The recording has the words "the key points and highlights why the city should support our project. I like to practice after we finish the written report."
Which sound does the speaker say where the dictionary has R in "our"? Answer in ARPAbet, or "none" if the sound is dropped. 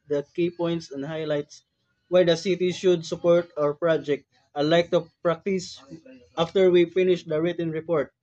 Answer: R